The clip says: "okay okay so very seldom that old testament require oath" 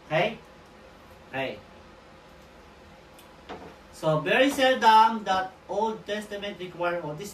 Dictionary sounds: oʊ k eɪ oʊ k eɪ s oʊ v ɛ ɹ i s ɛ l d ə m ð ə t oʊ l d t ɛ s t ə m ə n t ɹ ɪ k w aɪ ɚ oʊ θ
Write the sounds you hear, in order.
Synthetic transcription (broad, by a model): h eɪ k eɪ s oʊ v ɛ ɹ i s ɛ l d ə m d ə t oʊ l d t ɛ s t ə m ə n t ɹ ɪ k w aɪ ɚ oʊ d